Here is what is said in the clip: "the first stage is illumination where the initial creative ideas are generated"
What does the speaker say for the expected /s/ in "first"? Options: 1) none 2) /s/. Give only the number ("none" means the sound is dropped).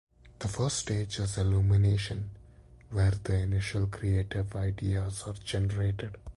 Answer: 1